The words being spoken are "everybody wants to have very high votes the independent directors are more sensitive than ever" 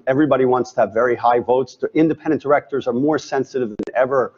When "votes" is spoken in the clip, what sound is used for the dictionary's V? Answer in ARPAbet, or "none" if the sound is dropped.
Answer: V